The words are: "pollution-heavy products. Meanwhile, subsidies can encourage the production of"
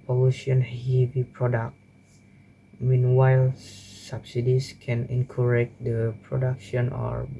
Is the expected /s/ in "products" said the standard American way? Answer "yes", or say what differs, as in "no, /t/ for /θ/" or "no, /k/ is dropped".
no, /s/ is dropped